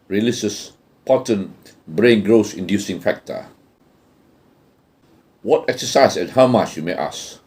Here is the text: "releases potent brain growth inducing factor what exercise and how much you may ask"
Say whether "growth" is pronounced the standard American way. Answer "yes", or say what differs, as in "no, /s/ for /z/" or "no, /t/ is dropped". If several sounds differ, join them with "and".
no, /s/ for /θ/